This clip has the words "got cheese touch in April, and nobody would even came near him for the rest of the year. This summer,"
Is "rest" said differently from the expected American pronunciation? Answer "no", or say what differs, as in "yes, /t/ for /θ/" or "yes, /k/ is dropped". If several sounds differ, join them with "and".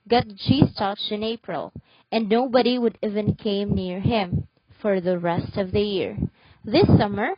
no